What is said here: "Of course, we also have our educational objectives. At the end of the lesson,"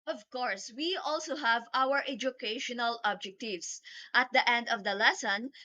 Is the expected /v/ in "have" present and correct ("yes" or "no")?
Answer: yes